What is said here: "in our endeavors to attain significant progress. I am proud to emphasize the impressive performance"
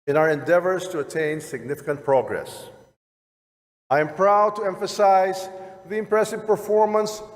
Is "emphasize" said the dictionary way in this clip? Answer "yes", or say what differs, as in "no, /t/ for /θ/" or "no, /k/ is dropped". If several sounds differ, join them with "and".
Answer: yes